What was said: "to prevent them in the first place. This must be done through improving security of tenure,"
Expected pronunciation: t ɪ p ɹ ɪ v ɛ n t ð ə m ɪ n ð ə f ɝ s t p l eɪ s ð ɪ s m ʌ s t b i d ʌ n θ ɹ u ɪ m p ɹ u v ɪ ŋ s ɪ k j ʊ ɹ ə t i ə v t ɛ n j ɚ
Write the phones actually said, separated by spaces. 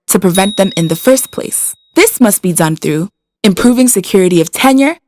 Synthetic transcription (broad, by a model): t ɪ p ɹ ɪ v ɛ n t ð ə m ɪ n ð ə f ɝ s p l eɪ s ð ɪ s m ʌ s t b i d ʌ n θ ɹ u ɪ m p ɹ u v ɪ ŋ s ɪ k j ʊ ɹ ə t i ə v t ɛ n j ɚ